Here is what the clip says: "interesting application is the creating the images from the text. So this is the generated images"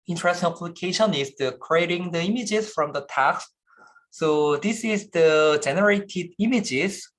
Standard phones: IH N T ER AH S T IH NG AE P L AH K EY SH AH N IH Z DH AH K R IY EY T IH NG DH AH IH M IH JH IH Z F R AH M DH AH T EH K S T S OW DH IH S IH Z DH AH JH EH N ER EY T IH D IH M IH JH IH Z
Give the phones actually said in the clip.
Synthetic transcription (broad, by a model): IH N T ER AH S T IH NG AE P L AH K EY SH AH N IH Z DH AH K R IY EY T IH NG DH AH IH M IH JH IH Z F R AH M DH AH T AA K S S OW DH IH S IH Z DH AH JH EH N ER EY T IH D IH M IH JH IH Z